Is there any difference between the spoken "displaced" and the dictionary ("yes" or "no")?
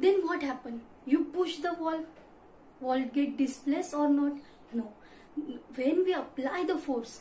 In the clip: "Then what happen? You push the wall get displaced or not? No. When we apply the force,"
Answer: yes